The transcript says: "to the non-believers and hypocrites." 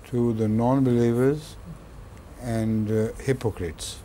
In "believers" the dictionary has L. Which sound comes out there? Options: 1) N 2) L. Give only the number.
2